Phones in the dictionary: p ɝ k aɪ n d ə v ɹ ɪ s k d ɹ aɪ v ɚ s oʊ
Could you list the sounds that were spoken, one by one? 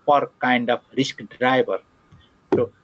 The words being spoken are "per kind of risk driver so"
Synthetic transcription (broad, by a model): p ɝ k aɪ n d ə p ɹ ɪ s k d ɹ aɪ b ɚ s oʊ